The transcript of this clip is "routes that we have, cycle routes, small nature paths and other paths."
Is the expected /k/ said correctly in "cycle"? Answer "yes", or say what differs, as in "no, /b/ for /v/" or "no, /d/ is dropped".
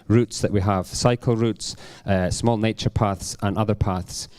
yes